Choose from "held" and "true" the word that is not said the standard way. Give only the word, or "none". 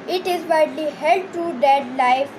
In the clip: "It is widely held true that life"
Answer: true